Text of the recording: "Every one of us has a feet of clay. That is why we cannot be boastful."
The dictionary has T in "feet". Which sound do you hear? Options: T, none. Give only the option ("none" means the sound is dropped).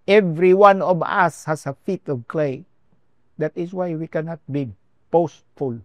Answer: T